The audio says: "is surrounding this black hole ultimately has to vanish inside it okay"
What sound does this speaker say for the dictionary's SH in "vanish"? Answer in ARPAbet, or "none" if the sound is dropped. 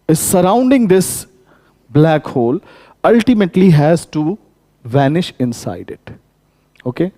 SH